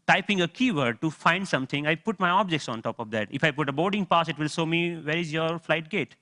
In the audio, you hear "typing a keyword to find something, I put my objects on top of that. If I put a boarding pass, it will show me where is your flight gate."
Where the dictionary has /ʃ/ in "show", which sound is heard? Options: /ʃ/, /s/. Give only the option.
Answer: /s/